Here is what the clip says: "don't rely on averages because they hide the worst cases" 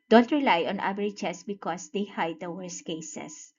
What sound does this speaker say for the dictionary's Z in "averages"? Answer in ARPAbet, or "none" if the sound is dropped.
S